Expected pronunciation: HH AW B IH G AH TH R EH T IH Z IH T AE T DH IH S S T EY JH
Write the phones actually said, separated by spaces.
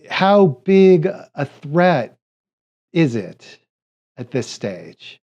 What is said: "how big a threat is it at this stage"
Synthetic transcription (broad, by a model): HH AW B IH G AH TH R EH T IH Z IH T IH T DH IH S S T EY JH